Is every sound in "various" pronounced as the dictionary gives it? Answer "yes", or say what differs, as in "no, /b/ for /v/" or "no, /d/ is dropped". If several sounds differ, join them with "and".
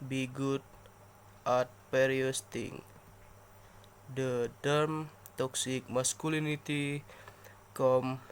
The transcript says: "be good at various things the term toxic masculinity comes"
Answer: no, /p/ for /v/